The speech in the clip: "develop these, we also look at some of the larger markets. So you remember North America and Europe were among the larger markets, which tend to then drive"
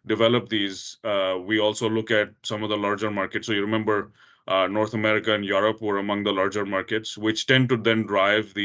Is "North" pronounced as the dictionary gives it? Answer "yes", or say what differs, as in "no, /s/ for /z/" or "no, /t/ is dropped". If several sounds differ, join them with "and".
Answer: no, /t/ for /θ/